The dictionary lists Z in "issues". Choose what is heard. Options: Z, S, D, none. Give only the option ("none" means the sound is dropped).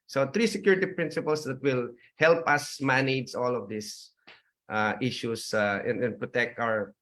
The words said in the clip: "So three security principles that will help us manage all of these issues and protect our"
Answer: S